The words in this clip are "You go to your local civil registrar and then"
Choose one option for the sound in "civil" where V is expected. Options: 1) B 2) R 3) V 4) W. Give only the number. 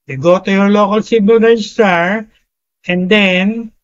1